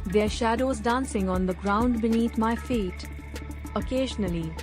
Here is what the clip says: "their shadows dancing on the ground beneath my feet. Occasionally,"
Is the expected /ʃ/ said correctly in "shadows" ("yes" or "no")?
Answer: yes